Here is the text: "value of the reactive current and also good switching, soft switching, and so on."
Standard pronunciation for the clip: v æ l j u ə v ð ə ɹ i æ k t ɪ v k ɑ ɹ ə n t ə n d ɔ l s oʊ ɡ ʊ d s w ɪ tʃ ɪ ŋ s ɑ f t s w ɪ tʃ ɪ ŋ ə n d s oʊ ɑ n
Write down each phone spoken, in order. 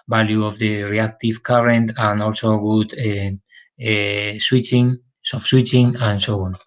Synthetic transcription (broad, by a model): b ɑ l j u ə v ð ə ɹ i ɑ k t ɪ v k ɑ ɹ ə n t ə n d ɔ l s oʊ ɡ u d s w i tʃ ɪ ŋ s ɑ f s w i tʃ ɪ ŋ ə n s oʊ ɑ n